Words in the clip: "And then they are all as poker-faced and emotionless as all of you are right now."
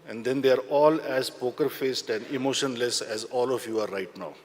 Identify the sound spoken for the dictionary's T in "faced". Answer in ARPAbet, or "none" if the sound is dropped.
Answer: T